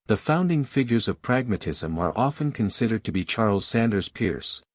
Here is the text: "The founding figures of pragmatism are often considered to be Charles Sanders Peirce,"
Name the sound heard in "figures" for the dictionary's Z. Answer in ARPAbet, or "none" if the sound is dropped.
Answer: Z